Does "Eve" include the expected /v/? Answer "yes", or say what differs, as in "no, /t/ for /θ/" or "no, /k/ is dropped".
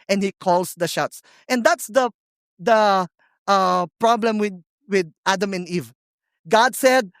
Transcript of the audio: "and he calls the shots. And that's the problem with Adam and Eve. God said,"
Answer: yes